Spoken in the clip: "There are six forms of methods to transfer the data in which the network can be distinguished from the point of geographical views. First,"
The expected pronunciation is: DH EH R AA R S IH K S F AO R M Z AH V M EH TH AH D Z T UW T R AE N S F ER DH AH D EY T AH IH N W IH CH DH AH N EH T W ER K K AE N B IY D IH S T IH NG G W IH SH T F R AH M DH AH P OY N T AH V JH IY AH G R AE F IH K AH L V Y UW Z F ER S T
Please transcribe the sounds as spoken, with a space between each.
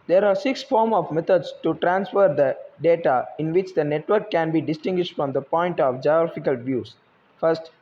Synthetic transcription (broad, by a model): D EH R AA R S IH K S F AO R M AH V M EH T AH D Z T UW T R AE N S F ER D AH D EY T AH IH N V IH CH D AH N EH T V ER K K AE N B IY D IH S T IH NG G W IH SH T F R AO M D AH P OY N T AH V JH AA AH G R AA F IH K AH L V Y UW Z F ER S T